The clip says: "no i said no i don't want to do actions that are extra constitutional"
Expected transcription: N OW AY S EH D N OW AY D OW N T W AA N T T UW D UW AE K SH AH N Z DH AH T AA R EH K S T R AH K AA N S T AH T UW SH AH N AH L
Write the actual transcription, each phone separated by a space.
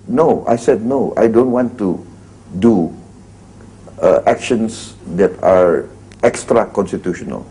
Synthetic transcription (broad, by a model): N OW AY S EH D N OW AY D OW N T W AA N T T UW D UW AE K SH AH N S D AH T AA R EH K S T R AH K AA N S T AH T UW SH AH N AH L